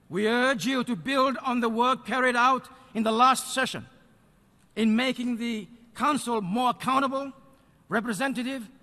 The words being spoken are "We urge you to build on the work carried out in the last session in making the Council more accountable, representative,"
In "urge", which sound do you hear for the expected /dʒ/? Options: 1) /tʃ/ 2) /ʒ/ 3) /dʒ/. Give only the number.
3